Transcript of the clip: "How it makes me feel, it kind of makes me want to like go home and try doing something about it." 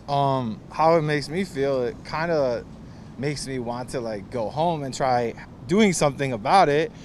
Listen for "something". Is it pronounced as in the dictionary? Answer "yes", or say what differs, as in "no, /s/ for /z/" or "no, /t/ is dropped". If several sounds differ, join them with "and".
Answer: yes